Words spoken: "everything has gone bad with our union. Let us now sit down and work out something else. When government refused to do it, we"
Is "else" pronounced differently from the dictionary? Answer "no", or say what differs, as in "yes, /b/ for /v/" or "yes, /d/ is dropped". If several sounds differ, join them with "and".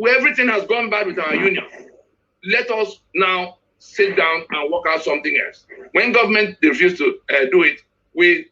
no